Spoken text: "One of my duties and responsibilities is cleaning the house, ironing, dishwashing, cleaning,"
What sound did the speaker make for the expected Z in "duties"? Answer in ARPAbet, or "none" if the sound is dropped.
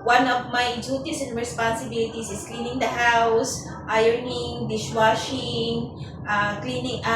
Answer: S